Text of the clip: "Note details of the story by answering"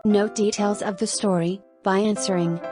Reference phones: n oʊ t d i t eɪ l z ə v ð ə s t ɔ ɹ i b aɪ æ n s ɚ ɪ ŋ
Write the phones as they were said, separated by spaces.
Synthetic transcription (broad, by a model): n oʊ d i t eɪ l z ə v ð ə s t ɔ ɹ i b aɪ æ n s ɚ ɪ ŋ